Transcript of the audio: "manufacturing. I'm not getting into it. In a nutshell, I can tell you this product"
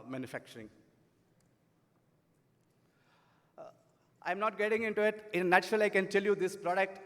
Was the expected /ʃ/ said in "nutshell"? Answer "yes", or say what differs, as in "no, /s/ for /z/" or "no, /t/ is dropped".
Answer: no, /ʃ/ is dropped